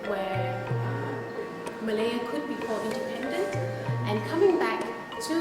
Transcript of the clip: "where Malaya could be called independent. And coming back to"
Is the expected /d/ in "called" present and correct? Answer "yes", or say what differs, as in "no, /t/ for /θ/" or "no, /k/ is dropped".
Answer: no, /d/ is dropped